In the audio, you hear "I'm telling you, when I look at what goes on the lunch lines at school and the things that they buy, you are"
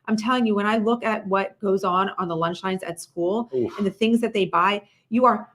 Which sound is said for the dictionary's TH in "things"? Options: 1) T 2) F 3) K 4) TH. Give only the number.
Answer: 4